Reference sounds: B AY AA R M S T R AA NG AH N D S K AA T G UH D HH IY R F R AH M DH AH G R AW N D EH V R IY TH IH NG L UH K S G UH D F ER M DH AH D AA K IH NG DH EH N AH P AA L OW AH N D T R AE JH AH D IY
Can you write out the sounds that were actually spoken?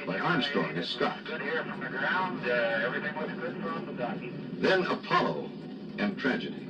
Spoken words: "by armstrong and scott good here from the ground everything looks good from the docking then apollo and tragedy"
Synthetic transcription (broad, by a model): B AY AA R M S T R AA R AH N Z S K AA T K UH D HH IY R F R AH M DH AH G R AW N D EH V R IY TH IH NG W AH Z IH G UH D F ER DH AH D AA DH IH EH N AH P AA L OW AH N T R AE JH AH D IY